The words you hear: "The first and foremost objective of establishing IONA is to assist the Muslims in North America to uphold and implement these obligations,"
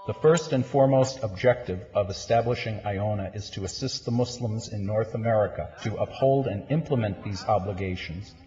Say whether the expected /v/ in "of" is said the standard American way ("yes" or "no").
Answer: yes